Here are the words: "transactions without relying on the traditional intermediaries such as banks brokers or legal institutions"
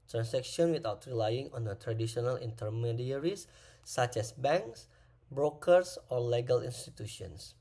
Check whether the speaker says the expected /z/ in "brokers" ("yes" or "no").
no